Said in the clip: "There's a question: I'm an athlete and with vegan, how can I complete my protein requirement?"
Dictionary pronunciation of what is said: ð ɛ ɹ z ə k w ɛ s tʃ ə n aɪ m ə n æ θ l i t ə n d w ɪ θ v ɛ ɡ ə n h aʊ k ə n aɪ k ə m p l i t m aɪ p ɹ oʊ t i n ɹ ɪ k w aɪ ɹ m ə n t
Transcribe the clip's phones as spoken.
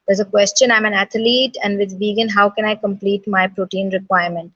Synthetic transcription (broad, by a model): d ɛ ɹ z ə k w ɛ s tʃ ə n aɪ m ə n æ t l i t ə n d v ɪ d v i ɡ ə n h aʊ k ə n aɪ k ə m p l i t m aɪ p ɹ oʊ t i n ɹ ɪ k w aɪ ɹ m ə n t